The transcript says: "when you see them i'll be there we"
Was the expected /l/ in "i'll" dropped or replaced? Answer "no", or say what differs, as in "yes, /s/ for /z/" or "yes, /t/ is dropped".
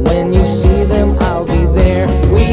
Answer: no